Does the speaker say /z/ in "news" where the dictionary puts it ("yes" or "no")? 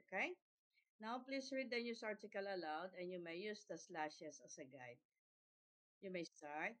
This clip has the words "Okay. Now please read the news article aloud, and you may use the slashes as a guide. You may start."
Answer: no